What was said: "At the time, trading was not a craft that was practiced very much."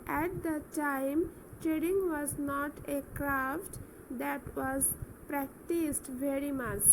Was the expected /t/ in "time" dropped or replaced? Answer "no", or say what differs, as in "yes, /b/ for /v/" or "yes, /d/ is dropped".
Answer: no